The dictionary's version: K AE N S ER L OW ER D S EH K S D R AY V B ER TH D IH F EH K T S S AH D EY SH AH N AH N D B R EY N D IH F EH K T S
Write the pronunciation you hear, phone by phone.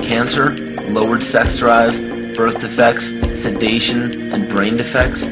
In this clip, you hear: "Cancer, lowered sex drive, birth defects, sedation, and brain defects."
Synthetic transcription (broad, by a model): K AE N S ER L OW ER D S EH K S D R AY V B ER TH D IH F EH K T S S AH D EY SH AH N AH N B R EY N D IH F EH K T S